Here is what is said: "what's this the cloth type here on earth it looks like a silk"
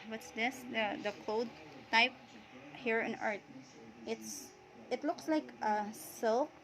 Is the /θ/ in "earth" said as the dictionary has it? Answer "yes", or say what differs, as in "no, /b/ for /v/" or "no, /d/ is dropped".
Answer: no, /s/ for /θ/